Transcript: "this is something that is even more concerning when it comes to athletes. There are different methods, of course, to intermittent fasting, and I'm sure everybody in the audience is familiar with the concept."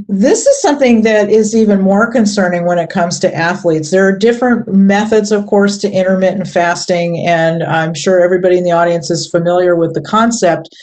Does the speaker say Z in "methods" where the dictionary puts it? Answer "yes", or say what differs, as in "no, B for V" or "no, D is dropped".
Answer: yes